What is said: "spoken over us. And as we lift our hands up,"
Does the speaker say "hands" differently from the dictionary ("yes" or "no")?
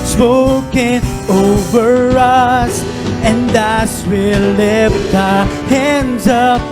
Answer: no